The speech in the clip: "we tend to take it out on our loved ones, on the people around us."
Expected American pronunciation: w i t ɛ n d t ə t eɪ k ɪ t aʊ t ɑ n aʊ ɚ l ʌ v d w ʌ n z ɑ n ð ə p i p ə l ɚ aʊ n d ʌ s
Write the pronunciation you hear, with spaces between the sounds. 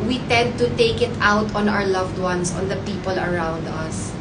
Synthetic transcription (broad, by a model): w i t ɛ n d t ə t eɪ k ɪ t aʊ t ɑ n aʊ ɚ l ʌ v d w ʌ n s ɑ n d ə p i p ə l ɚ aʊ n d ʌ s